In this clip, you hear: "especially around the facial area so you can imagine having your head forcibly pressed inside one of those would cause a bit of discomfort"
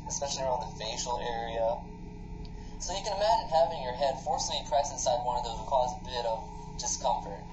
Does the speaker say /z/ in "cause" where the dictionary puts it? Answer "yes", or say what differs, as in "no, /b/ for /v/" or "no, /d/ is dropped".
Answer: yes